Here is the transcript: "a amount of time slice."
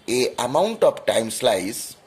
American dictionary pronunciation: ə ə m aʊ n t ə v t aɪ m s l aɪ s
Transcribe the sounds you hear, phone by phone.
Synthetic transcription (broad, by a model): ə ə m aʊ n t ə p t aɪ m s l aɪ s